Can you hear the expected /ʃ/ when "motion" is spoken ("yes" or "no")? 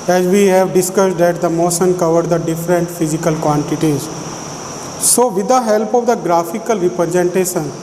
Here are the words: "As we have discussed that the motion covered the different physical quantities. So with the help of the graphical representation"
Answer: no